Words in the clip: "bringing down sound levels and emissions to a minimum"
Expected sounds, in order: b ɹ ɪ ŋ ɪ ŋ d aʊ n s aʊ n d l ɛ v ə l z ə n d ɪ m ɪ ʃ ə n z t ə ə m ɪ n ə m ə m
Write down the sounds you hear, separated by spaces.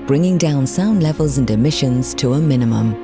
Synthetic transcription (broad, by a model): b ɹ ɪ ŋ ɪ ŋ d aʊ n s aʊ n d l ɛ v ə l z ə n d ɪ m ɪ ʃ ə n z t ə ə m ɪ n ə m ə m